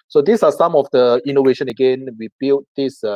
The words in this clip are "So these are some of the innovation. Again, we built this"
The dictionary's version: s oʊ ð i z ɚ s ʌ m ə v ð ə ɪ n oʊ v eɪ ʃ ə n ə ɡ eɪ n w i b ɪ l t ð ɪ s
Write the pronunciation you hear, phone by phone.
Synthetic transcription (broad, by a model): s oʊ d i s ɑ s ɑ m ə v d ə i n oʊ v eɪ ʃ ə n ə ɡ eɪ n w i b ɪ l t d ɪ s